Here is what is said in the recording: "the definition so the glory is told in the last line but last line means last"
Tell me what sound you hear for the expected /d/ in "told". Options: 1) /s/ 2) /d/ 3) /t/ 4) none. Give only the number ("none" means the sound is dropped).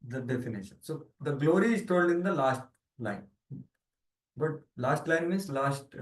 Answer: 2